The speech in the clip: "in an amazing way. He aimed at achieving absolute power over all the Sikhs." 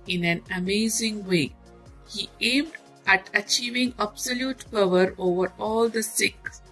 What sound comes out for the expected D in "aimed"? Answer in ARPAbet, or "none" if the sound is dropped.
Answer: D